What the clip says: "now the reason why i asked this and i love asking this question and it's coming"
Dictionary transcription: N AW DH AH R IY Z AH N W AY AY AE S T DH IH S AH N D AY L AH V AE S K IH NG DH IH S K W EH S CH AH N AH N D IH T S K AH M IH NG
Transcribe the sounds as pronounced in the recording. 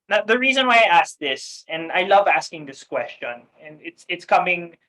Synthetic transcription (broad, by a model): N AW DH AH R IY Z AH N W AY AY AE S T DH IH S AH N AY L AH V AE S K IH NG DH IH S K W EH S CH AH N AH N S IH T S K AH M IH NG